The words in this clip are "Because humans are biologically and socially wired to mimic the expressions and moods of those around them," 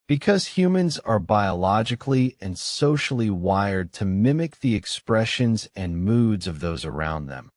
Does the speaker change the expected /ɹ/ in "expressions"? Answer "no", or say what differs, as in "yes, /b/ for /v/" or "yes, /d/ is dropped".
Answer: no